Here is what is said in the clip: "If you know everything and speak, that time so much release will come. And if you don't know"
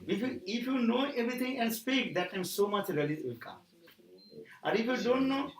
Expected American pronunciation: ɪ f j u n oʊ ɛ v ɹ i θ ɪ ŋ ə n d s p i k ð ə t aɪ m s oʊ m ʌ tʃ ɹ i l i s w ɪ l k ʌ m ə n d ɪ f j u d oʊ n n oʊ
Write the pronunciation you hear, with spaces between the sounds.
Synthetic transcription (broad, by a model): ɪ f j u n oʊ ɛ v ɹ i t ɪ ŋ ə n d s p i k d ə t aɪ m s oʊ m ʌ tʃ ɹ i l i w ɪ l k ʌ m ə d ɪ f j u d oʊ n n oʊ